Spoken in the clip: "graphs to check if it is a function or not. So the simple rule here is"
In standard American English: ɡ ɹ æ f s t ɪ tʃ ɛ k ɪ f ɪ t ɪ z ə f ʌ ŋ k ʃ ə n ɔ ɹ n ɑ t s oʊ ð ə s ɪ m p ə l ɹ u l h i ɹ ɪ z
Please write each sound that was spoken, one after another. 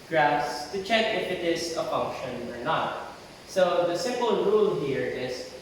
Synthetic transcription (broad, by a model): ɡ ɹ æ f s t ɪ tʃ ɛ k ɪ f ɪ t ɪ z ə f ʌ ŋ k ʃ ə n ɔ ɹ n ɑ t s oʊ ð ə s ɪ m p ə l ɹ u l h i ɹ ɪ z